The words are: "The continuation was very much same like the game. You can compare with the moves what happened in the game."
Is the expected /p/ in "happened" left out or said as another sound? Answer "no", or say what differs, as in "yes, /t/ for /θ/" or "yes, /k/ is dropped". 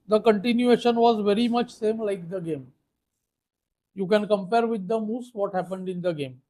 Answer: no